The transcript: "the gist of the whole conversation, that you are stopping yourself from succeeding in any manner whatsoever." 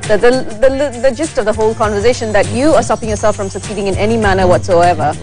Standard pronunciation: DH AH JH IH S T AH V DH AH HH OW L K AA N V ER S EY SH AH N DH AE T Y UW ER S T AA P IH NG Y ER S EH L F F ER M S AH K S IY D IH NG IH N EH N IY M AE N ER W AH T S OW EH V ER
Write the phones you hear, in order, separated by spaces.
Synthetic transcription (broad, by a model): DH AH JH IH S T AH V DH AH HH OW L K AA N V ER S EY SH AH N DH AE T Y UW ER S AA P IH NG Y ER S EH L F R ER M S AH K S IY D IH NG IH N EH N IY M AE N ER W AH T S OW EH V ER